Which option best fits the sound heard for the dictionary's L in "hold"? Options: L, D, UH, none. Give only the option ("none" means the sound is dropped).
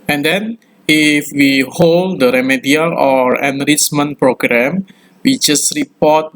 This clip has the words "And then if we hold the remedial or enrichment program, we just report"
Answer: L